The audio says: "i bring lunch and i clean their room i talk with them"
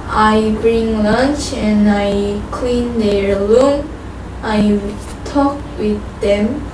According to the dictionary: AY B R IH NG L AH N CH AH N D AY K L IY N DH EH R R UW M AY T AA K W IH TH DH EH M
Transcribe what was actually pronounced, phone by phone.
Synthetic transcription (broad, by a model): AY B R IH NG L AH N CH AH N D AY K L IY N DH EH R L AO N AY T AA K W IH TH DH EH M